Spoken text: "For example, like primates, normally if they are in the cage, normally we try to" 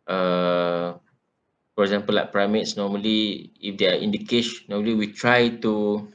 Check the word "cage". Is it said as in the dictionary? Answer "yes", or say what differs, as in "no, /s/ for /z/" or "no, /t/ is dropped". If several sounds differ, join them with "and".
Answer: no, /ʃ/ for /dʒ/